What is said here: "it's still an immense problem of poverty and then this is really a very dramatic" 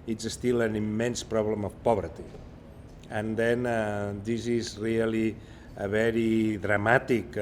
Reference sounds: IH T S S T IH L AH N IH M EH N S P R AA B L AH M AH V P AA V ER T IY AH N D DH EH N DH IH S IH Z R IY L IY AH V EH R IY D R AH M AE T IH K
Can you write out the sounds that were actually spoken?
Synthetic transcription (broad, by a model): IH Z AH S T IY L AH N IH M EH N S P R AA B L AH M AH F P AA B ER T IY AH N D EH N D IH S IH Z R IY L IY AH B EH R IY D R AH M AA T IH K